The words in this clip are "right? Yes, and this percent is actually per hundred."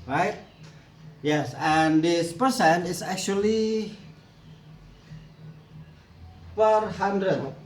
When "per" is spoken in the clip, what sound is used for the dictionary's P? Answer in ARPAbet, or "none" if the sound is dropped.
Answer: F